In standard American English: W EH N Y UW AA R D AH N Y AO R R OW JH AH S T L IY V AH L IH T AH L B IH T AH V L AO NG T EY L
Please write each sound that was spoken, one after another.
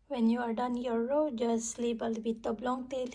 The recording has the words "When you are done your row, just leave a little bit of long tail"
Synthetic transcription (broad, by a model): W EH N Y UW AA R D AH N Y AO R R OW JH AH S L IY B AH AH L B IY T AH B L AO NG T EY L